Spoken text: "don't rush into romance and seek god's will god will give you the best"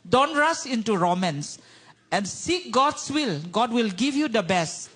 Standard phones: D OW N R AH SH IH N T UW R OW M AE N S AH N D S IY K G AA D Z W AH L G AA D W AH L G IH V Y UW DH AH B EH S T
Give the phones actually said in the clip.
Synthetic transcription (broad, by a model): D OW N R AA S IH N T UW R OW M AE N S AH N S IY K G AA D S W AH L G AA D W AH L G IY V Y UW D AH B EH S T